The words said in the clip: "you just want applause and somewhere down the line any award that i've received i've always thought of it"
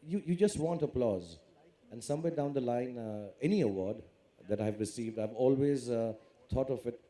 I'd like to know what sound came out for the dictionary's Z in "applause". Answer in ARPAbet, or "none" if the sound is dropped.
Z